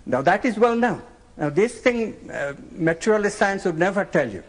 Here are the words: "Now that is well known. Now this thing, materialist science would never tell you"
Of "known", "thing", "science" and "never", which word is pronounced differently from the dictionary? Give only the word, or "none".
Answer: thing